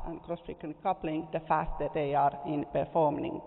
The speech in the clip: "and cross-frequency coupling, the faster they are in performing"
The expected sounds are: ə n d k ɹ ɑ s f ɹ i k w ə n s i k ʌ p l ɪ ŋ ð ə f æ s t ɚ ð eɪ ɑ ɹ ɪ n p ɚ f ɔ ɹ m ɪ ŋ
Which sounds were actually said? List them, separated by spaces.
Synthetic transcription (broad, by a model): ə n k ɹ ɑ s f i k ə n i k ʌ p l ɪ ŋ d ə f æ s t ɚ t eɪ ɑ ɹ ɪ n p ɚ f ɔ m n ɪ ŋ